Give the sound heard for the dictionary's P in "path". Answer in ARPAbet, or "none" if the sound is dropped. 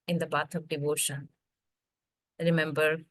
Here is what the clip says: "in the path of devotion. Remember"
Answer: B